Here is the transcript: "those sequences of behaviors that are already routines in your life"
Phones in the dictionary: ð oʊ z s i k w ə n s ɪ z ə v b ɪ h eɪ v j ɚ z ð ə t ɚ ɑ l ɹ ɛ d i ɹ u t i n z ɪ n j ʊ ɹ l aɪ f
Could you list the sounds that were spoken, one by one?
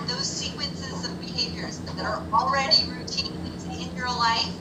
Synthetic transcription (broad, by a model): ð oʊ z s i k w ə n s ɪ z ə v b ɪ h eɪ v j ɚ z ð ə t ɚ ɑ l ɹ ɛ d i ɹ u t i n z ɪ n j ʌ ɹ l aɪ f